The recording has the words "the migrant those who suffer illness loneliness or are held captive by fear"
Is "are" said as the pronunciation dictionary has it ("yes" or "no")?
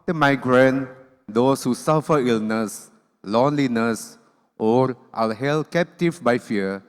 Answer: no